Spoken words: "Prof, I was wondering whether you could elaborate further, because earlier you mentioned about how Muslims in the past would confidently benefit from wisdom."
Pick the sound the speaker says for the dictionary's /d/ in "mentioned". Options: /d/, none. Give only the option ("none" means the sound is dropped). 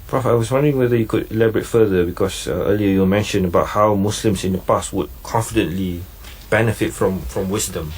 none